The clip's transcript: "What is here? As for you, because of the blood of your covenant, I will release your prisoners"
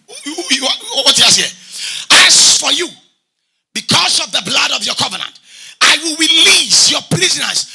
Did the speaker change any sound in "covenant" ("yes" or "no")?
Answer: no